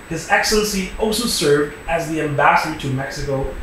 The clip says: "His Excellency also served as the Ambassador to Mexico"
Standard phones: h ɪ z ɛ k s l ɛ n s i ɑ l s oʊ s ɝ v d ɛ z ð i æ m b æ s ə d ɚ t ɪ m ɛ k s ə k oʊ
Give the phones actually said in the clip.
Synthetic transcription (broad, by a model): h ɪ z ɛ k s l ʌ n s i ɑ l s oʊ s ɝ v d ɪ z ð i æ m b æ s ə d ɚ t ɪ m ɛ k s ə k oʊ